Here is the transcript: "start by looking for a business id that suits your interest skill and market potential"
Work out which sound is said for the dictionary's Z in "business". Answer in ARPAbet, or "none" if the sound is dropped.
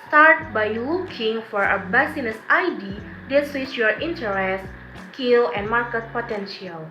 S